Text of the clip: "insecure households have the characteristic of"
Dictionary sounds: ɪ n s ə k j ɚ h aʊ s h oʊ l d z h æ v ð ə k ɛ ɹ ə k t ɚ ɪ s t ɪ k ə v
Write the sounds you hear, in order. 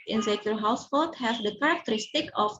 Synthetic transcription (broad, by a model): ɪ n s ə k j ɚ h aʊ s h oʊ l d h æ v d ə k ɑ ɹ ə k t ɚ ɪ s t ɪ k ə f